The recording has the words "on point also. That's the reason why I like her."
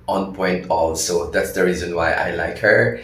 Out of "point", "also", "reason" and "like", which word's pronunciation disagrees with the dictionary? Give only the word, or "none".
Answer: none